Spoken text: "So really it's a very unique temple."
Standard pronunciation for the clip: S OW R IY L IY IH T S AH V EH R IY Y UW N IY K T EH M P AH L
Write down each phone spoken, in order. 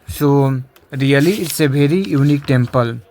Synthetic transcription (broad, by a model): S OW R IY L IY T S AH B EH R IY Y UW N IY K T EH M P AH L